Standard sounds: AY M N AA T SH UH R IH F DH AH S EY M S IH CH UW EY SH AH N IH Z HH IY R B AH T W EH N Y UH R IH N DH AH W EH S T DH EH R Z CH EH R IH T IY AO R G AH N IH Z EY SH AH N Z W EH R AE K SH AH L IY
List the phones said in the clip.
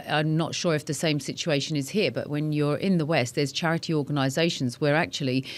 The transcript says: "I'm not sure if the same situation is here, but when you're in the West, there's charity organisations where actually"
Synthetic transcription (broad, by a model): AY M N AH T SH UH R IH F DH AH S EY M S IH CH UW EY SH AH N IH Z HH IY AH B AH T W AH N Y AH R IH N DH AH W EH S T DH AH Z CH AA R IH T IY AO G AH N IH Z EY SH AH N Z W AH R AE K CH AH L IY